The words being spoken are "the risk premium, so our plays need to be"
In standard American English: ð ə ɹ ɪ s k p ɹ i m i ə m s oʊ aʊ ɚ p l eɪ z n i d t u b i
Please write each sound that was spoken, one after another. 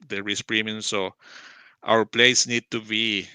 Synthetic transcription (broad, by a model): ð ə ɹ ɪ s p ɹ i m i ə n s oʊ aʊ ɚ p l eɪ s n i d t u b i